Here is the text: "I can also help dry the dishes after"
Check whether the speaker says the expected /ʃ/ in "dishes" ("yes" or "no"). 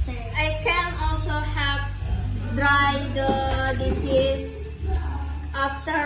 no